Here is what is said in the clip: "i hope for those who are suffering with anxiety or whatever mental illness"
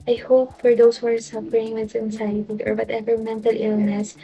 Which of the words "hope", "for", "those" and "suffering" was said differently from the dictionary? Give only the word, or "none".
those